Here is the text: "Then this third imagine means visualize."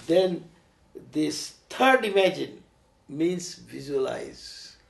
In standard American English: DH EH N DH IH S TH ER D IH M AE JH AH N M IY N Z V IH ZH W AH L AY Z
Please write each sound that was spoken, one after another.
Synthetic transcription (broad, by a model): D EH N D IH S T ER D IH M AE JH AH N M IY N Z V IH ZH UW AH L AY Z